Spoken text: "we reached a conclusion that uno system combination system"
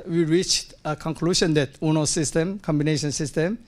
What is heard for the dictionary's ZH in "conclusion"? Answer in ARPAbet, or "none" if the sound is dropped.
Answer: SH